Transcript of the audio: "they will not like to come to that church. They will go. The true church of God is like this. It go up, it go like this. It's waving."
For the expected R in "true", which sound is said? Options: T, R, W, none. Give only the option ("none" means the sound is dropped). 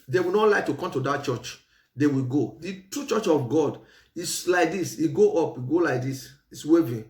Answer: none